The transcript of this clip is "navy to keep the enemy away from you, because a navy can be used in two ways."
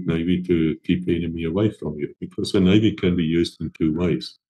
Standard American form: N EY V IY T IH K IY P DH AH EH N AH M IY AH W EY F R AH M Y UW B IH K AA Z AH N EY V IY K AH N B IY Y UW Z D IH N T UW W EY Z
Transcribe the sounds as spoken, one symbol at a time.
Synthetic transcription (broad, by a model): N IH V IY T IH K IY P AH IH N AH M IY AH W EY F R AH M Y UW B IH K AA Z AH N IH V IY K AH N B IY Y UW Z D IH N T UW W EY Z